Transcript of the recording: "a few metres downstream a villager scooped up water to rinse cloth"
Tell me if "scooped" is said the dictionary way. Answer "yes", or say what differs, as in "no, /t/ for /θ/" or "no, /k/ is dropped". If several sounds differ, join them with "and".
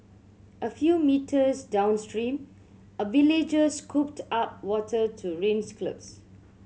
yes